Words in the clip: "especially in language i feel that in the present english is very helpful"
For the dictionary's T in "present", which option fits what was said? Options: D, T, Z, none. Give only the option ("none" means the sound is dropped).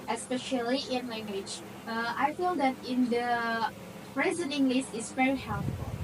none